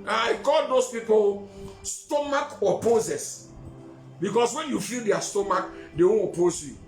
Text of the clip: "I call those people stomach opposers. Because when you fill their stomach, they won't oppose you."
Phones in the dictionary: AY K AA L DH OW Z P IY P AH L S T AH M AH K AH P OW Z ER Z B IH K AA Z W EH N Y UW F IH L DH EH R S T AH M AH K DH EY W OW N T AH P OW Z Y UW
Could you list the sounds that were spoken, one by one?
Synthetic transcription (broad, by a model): AY K AA L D OW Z P IY P AH L S T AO M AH K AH P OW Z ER S B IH K AA S W EH N Y UW F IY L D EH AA S T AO M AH K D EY W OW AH P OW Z Y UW